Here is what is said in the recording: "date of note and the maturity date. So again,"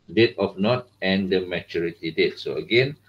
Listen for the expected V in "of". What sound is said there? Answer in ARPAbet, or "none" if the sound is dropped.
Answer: F